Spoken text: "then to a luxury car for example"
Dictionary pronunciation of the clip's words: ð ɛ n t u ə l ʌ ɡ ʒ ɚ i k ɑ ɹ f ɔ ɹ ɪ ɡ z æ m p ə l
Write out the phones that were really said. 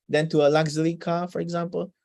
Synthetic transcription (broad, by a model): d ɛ n t u ə l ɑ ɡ z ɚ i k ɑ f ɔ ɹ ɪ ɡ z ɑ m p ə l